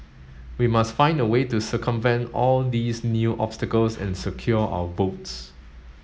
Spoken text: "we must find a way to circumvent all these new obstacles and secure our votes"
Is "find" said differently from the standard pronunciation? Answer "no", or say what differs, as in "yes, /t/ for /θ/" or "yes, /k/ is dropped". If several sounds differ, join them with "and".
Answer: no